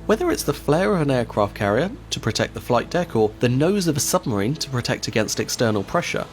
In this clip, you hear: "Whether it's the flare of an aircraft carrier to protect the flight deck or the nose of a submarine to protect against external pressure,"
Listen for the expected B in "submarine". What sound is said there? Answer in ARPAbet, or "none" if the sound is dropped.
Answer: B